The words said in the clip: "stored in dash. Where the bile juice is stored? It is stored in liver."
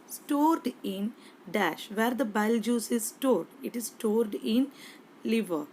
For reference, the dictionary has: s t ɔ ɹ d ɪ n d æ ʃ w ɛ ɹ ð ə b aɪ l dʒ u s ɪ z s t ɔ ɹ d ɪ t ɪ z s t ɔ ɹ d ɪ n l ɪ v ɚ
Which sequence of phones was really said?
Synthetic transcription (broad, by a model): s t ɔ ɹ d ɪ n d æ ʃ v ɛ ɹ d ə b aɪ l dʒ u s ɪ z s t ɔ ɹ d ɪ t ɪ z s t ɔ ɹ d ɪ n l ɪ v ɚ